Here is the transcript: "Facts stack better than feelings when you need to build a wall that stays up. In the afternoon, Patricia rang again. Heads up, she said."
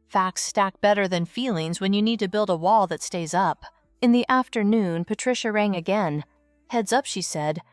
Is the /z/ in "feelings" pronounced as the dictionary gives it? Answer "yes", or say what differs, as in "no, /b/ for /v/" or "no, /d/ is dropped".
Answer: yes